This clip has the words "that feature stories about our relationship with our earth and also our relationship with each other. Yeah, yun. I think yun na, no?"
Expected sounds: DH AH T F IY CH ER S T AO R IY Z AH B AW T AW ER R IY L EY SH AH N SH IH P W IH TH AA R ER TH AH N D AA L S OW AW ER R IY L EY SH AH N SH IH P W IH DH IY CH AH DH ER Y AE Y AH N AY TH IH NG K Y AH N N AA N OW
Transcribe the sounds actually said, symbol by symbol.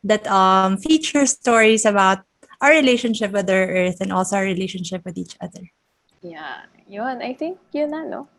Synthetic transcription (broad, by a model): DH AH T F IY CH ER S T AO R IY S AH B AW T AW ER R IY L EY SH AH N SH IH P W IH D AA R ER TH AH N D AA L S OW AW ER R IY L EY SH AH N SH IH P W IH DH IY CH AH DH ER Y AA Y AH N AY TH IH NG K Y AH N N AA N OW